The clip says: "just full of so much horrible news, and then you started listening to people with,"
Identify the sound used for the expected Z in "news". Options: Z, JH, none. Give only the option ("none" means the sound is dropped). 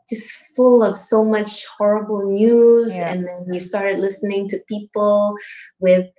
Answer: Z